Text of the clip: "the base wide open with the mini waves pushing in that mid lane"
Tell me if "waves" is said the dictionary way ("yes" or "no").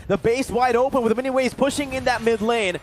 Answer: no